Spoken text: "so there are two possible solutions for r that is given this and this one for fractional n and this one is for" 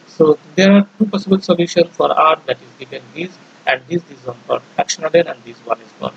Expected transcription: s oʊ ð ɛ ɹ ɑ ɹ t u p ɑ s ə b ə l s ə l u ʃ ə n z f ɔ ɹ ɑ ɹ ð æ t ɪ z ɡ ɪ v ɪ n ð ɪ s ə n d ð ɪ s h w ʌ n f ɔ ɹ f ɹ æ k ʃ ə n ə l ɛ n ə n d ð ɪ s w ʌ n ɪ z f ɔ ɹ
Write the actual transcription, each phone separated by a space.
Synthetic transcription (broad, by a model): s oʊ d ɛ ɹ ɑ ɹ t u p ɑ s ə b ə l s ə l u ʃ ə n f ɔ ɹ ɑ ɹ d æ t ɪ z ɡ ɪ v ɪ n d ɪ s ə n d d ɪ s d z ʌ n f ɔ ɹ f æ k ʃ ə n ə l ɛ n ə n d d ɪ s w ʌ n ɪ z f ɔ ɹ